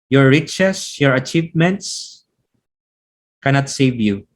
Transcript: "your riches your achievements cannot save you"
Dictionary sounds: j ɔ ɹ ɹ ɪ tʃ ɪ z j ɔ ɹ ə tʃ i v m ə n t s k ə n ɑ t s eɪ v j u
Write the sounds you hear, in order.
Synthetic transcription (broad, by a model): j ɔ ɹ ɹ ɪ tʃ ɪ s j ɔ ɹ ə tʃ i v m ə n t s k ə n ɑ t s eɪ v j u